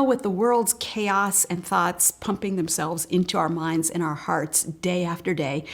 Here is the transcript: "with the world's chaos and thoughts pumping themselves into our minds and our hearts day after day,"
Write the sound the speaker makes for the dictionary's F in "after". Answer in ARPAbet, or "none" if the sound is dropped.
F